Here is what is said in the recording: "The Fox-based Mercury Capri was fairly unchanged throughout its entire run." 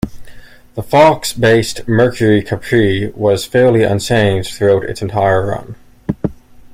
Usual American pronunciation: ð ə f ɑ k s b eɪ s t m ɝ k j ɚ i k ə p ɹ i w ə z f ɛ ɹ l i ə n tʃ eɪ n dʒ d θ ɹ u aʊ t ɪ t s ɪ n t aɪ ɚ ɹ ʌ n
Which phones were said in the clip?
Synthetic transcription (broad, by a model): ð ə f ɑ k s b eɪ s t m ɝ k j ɚ i k ə p ɹ i w ə z f ɛ ɹ l i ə n s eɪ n θ ɹ u aʊ t ɪ t s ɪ n t aɪ ɚ ɹ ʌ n